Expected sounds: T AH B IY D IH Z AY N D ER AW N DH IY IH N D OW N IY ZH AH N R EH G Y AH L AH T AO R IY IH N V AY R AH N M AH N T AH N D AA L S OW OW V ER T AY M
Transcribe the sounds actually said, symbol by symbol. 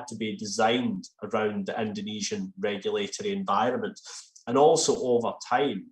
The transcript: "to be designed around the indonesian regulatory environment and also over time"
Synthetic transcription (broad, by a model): T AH B IY D IH Z AY N D ER AW N DH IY IH N D OW N IY ZH AH N R EH G Y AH L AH T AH R IY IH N V AY R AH N M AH N T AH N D AA L S OW OW V ER T AY M